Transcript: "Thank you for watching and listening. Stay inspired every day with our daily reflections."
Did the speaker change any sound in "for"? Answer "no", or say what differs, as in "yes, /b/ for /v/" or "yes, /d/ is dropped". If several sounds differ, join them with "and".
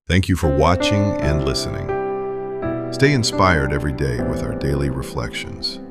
no